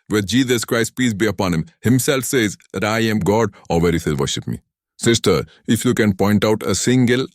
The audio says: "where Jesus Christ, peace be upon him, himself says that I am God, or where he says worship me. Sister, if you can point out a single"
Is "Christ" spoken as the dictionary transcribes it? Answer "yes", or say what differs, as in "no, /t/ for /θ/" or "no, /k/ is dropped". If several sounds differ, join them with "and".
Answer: yes